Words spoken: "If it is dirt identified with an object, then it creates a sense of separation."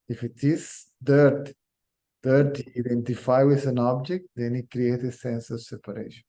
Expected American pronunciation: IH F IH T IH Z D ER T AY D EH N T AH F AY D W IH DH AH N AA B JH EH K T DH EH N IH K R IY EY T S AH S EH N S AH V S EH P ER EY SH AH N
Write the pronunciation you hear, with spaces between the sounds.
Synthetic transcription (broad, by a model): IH F IH T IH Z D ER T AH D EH N T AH F AY W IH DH AH N AA B JH EH K T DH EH N IH K R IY EY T AH S EH N S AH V S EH P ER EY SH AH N